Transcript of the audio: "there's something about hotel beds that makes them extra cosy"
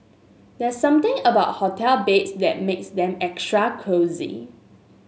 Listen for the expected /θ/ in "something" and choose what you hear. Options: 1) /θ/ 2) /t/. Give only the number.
2